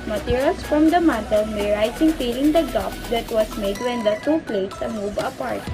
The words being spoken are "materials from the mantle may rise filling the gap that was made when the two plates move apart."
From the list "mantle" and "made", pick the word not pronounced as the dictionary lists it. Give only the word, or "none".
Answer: mantle